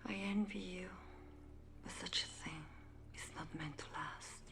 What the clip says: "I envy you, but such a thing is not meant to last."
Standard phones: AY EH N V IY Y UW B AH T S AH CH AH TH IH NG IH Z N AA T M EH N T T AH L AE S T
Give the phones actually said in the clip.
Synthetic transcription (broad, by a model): AY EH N V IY Y UW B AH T S AH CH AH TH IH NG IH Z N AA T M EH N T T AH L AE S T